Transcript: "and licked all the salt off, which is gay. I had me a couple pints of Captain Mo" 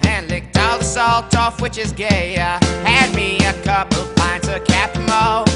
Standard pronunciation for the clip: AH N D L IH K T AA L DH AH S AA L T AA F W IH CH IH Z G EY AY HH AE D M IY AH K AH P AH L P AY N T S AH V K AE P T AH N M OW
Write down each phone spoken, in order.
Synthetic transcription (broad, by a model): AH N L IH K T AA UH DH AH S AA L T AA F W IH CH IH Z G EY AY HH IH D M IY AH K AH P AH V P AY N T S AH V K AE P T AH M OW